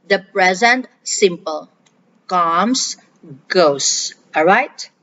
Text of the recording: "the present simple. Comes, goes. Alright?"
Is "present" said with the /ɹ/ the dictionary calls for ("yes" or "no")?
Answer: yes